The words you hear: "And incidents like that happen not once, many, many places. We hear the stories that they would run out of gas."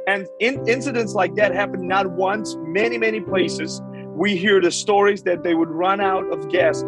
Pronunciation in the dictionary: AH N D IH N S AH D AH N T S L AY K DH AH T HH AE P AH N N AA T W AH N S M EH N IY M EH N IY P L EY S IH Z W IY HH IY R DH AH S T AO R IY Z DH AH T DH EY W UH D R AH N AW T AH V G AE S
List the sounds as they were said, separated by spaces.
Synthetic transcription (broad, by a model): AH N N IH N S AH D AH N T S L AY K DH AH T HH AE P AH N N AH T W AH N S M EH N IY M EH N IY P L EY S IH Z W IY HH IY R DH AH S T AO R IY Z DH AH T DH EY W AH D R AH N AW T AH V G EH S